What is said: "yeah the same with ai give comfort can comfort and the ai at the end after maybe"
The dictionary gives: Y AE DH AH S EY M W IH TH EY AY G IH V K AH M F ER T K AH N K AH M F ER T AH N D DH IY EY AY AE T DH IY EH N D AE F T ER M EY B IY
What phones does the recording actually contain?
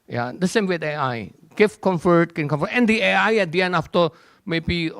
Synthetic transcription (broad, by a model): Y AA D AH S EY M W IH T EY AY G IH F K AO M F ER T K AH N K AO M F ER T AH N D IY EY AY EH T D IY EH N AA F T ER M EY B IY